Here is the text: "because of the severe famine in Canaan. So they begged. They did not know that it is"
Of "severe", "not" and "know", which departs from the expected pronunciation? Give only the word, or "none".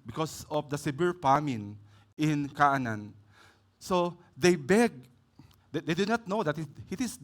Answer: severe